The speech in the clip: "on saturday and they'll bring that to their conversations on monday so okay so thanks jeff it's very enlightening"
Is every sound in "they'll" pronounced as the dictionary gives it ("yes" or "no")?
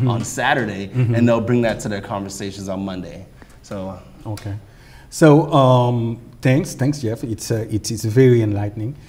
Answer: yes